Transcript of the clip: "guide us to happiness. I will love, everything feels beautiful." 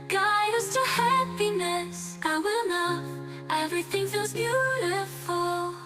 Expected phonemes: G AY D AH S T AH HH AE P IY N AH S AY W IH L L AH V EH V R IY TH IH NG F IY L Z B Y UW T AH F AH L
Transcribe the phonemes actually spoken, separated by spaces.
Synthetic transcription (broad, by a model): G AY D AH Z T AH HH AE P IY N AH S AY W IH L N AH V EH V R IY TH IH NG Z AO Z B Y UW T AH F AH L